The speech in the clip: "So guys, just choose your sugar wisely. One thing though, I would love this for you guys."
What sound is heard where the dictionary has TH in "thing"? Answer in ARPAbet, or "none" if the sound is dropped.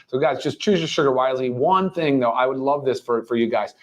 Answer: TH